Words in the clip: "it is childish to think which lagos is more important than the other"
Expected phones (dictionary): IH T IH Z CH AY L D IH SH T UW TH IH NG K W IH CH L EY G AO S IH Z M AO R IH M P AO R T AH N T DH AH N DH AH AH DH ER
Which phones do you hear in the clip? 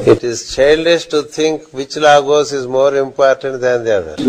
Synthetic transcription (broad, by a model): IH T IH Z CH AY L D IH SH T UW T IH NG K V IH CH L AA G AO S IH Z M AO R IH M P AO R T AH N T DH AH N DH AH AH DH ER